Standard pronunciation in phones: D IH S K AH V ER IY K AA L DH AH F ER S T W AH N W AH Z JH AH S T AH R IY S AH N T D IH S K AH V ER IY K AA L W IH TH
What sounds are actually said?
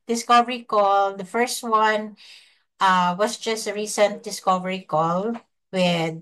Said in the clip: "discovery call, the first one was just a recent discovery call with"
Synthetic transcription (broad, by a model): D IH S K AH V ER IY K AA L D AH F ER S T W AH N W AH S JH AH S T AH R IY S AH N T D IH S K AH V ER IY K AA L W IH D